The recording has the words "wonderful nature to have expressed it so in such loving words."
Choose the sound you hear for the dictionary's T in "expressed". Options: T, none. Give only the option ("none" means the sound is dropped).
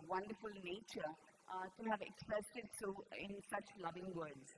T